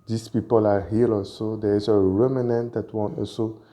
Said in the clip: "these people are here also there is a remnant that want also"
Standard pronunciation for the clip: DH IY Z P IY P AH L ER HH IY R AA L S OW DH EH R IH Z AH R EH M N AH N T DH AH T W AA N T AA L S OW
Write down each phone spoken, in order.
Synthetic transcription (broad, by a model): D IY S P IY P AH L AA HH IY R AA L S OW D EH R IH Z AH R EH M N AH N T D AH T W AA N AA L S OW